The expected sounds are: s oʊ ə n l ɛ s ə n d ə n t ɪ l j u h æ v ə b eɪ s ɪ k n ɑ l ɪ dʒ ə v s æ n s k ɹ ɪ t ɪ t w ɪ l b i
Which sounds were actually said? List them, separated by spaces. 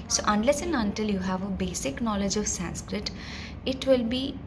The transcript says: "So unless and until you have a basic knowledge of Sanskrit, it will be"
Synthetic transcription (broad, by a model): s oʊ ə n l ɛ s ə n ə n t ɪ l j u h æ v ə b eɪ s ɪ k n ɑ l ɪ dʒ ə v s æ n s k ɹ ɪ t ɪ t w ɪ l b i